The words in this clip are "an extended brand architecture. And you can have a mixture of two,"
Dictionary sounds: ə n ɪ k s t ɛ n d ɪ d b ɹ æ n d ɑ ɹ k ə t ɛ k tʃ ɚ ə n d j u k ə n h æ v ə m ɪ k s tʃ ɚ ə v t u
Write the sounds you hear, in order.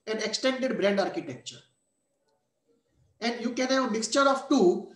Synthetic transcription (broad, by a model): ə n ɪ k s t ɛ n d ɪ d b ɹ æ n d ɑ ɹ k ə t ɛ k tʃ ɚ ə n d j u k ə n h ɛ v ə m ɪ k s tʃ ɚ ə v t u